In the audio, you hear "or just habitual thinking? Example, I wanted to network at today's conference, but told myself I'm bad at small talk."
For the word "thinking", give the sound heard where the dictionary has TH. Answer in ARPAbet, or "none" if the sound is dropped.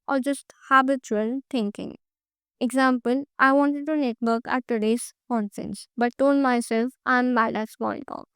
T